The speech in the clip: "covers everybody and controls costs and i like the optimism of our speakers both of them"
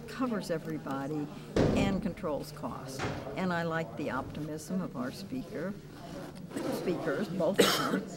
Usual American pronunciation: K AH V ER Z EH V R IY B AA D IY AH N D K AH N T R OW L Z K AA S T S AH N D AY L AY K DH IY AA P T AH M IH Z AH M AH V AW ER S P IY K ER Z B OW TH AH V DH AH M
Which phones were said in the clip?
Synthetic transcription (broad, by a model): K AH V ER Z EH V R IY B AA D IY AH N K AH N T R OW L Z K AA S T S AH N AY L AY K DH IY AA P T AH M IH Z AH M AH V AW ER S P IY K ER Z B OW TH AH V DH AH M